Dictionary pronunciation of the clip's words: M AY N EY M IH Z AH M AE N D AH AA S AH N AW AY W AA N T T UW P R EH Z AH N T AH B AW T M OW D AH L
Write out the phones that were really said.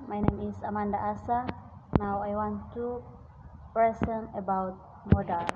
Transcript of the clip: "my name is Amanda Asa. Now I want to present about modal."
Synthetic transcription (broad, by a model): M AY N EY M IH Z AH M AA N D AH AA S AH N AW AY W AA N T T UW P EH S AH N AH B AW T M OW D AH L